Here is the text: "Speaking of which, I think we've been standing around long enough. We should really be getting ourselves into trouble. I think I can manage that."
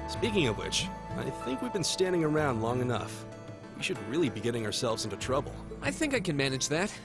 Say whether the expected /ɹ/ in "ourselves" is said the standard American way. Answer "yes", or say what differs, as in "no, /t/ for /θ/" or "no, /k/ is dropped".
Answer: yes